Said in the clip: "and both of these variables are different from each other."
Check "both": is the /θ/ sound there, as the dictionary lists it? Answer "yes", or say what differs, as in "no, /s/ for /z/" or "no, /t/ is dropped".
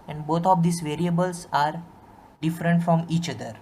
no, /t/ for /θ/